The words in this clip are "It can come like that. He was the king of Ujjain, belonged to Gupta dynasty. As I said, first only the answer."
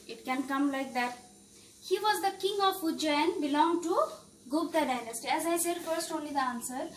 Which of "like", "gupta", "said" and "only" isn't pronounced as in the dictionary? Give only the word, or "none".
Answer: gupta